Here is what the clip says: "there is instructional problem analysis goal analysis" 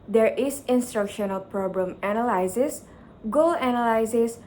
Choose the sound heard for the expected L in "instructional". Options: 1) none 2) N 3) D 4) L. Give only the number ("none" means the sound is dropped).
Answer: 4